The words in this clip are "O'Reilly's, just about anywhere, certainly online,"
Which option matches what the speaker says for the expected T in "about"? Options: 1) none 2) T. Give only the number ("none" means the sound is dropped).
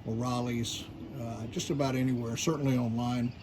2